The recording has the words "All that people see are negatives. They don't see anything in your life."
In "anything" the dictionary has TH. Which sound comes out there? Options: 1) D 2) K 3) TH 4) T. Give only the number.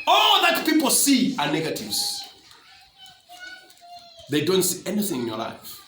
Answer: 3